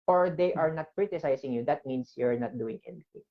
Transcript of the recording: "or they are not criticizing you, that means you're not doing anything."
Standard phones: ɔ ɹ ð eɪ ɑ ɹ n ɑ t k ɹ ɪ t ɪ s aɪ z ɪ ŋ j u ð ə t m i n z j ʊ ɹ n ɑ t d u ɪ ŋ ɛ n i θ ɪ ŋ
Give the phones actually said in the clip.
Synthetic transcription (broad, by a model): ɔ ɹ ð eɪ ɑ ɹ n ɑ t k ɹ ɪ t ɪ s aɪ s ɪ ŋ j u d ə t m i n s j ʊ ɹ n ɑ t d u ɪ ŋ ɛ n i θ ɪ ŋ